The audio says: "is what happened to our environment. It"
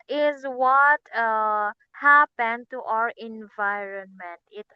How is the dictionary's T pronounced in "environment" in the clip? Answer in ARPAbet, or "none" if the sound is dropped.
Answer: T